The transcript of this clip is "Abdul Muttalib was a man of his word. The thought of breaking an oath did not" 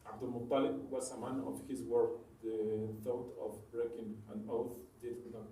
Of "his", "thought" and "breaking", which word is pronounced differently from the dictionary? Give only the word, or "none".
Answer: none